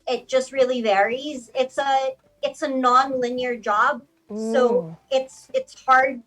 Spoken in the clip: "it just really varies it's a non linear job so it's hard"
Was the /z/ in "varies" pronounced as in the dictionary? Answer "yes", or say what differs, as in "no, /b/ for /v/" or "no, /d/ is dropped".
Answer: yes